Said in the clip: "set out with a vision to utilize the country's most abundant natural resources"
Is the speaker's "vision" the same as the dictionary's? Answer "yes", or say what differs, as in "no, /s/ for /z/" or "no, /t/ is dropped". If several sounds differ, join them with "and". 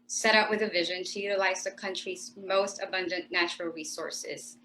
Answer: yes